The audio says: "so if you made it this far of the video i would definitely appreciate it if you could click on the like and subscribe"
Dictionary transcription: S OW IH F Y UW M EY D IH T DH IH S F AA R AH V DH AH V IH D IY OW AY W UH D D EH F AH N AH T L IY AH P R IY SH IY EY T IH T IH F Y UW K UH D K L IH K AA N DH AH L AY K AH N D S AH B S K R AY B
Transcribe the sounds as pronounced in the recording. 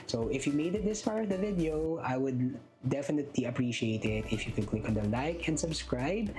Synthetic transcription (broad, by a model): S OW IH F Y UW M EY D IH T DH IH S P AA R AH V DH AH V IH D IY OW AY W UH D D EH F AH N AH T L IY AH P R IY SH IY EY T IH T IH F Y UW K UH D K L IH K AA N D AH L AY K AH N D S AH B S K R AY B